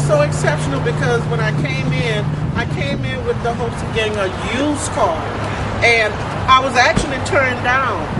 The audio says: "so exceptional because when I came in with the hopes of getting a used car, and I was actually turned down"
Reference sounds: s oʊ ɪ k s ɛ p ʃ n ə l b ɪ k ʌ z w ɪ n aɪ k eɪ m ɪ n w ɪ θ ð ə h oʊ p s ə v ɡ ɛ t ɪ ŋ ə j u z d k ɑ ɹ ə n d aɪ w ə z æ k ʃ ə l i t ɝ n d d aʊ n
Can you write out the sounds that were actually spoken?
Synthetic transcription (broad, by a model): s oʊ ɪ k s ɛ p ʃ n l b ɪ k ʌ z w ɪ n aɪ k eɪ m ɪ n w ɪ ð ə h oʊ p s ə v ɡ ɛ t ɪ ŋ ə j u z k ɑ l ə n aɪ w ə z æ k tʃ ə l i t ɝ n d d aʊ n